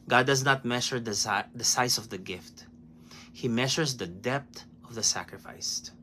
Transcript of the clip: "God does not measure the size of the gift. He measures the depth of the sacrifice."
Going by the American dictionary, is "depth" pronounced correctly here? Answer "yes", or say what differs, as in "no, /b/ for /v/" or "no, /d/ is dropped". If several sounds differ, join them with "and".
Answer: no, /t/ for /θ/